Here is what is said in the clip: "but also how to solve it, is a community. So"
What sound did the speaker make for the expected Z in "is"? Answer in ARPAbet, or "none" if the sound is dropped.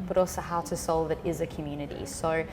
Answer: Z